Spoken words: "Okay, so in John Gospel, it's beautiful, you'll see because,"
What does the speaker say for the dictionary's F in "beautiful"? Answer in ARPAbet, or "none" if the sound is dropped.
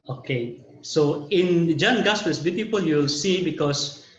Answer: P